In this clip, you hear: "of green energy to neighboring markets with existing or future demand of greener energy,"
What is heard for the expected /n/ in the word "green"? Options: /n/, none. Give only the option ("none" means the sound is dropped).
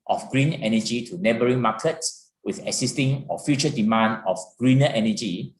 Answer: /n/